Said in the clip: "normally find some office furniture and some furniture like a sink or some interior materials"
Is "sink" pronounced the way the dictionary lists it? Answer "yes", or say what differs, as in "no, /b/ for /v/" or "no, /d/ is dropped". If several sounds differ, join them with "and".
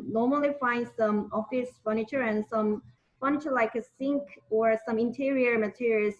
yes